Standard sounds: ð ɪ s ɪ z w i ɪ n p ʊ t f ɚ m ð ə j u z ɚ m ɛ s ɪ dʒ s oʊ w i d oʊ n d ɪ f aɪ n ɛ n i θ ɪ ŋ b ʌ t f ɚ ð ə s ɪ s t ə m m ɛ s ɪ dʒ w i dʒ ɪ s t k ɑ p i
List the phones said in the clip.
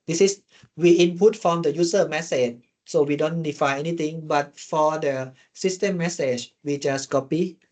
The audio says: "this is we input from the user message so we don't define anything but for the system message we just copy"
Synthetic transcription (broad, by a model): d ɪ s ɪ s w i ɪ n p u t f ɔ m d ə j u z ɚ m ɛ s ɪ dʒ s oʊ w i d oʊ n d ɪ f aɪ n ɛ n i t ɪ ŋ b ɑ t f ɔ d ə s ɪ s t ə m m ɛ s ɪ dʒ w i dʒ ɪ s k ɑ p i